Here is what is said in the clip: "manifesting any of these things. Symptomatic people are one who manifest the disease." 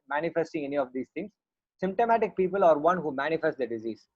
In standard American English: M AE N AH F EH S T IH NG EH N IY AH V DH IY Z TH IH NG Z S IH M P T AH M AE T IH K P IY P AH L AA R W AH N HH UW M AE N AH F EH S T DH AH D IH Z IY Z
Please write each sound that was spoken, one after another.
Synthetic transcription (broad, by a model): M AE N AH F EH S T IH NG EH N IY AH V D IY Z T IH NG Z S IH M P T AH M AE T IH K P IY P AH L AA R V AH N HH UW M AE N AH F EH S T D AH D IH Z IY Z